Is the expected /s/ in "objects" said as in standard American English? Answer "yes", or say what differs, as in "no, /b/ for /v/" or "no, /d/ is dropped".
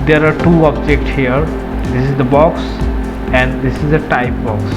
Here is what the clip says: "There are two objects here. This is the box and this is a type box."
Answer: yes